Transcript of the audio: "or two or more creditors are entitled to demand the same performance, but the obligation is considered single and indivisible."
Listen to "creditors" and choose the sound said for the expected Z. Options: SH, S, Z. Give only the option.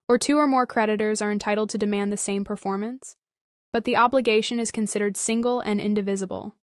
Z